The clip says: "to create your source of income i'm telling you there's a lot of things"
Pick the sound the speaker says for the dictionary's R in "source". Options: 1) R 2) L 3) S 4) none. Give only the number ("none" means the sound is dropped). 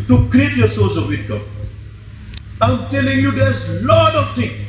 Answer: 2